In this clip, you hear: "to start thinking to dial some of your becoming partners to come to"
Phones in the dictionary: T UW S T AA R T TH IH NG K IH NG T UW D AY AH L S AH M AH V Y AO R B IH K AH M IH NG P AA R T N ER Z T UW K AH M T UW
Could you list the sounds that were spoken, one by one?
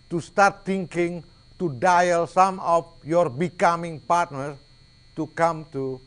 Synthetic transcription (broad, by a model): T UW S T AA R T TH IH NG K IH NG T UW D AY AH L S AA M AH F Y AO R B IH K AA M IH NG P AA R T N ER T UW K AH M T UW